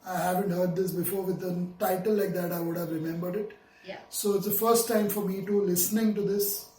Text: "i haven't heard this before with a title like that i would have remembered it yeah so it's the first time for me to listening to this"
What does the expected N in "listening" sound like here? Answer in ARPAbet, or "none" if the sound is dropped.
N